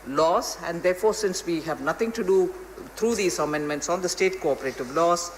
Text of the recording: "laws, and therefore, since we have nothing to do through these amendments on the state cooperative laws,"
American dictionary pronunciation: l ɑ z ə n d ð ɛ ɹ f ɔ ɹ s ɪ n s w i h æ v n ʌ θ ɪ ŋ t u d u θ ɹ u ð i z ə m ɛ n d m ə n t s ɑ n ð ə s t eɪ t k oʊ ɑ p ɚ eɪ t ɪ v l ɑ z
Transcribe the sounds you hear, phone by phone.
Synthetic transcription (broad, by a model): l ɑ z ə n d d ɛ ɹ f ɔ ɹ s ɪ n s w i h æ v n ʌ t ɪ ŋ t u d u t ɹ u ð i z ə m ɛ n d m ə n t s ɑ n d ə s t eɪ t k oʊ ɑ p ɚ eɪ t ɪ v l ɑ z